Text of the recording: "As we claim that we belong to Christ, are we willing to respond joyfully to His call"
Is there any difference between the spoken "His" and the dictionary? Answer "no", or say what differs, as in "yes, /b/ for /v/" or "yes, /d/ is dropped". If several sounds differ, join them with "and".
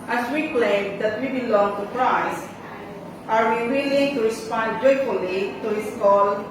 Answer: yes, /s/ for /z/